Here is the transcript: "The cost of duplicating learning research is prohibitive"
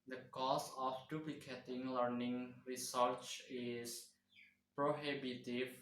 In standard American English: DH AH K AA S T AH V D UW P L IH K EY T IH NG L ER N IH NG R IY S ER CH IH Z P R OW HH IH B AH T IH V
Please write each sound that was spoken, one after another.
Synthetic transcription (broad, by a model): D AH K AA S AH F D UW P L IH K EY T IH NG L ER N IH NG R IY S ER CH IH S P R OW HH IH B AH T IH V